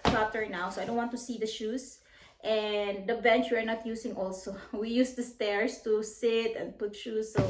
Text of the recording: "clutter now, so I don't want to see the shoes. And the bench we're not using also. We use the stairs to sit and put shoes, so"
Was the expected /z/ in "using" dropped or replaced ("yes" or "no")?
yes